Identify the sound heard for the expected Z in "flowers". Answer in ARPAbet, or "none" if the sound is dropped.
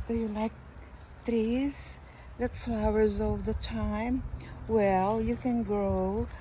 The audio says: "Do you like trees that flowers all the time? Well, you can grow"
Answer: Z